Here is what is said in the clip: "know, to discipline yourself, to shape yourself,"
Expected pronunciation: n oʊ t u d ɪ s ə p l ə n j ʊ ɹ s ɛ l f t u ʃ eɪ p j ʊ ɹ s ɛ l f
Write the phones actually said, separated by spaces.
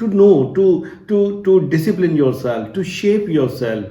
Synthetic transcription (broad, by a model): n oʊ t u d ɪ s ə p l ə n j ʊ ɹ s ɛ l f t u ʃ eɪ p j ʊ ɹ s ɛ l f